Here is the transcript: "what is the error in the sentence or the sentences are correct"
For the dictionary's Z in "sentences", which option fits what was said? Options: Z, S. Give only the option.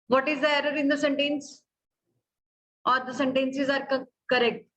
Z